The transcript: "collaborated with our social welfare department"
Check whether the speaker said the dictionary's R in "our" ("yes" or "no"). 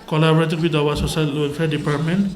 no